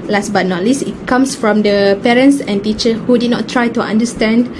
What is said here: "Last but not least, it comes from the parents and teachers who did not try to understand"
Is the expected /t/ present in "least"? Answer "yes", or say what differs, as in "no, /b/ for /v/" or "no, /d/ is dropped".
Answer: no, /t/ is dropped